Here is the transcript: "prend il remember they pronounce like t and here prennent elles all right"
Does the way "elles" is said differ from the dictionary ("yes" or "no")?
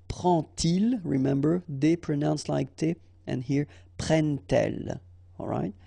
yes